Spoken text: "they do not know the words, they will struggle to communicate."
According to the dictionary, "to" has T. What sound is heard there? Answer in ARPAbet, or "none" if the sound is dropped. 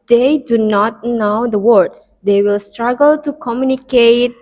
T